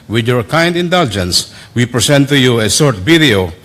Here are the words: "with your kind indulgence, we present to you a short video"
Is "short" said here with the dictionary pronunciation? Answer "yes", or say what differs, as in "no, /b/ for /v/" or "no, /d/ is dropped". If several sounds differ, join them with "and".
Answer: no, /s/ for /ʃ/